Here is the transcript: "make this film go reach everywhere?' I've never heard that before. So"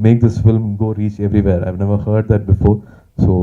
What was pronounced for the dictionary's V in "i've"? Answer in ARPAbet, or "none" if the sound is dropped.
V